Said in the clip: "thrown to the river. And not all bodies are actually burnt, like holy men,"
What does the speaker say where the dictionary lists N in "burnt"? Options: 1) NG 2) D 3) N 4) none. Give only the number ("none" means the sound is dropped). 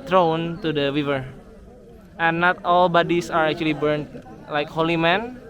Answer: 3